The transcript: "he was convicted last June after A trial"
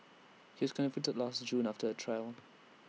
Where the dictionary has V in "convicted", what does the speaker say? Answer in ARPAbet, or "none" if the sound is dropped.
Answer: F